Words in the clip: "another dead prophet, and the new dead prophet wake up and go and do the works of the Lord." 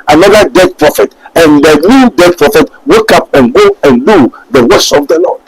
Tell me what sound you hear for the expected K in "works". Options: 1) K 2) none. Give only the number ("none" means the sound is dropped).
2